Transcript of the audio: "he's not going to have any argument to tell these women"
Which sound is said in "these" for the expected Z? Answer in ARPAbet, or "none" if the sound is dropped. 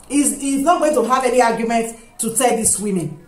S